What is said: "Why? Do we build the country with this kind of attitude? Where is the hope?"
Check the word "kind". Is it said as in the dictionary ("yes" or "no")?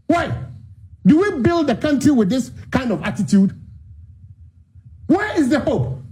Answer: yes